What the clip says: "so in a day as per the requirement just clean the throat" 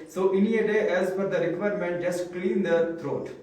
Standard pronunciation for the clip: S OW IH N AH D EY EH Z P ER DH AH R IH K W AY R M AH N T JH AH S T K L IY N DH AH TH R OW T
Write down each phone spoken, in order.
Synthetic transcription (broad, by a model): S OW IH N AH D EY EH Z F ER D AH R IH K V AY R M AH N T JH AH S T K L IY N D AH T R OW T